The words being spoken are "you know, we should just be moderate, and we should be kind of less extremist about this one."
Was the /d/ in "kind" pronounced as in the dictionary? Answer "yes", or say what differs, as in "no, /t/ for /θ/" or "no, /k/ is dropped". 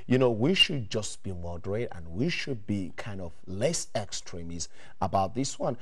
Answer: yes